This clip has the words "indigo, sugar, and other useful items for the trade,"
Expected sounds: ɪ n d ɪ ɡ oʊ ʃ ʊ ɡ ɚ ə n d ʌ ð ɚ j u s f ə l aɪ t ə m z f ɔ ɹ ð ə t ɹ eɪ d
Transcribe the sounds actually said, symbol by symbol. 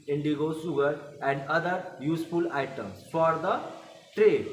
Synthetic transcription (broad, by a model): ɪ n d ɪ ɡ oʊ s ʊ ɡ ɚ ə n d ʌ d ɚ j u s f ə l aɪ t ə m s f ɔ ɹ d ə t ɹ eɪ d